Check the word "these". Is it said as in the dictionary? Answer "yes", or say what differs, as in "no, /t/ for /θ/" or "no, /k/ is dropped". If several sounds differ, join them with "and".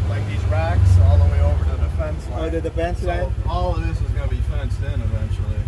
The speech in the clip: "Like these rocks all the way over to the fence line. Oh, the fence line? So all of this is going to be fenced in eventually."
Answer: yes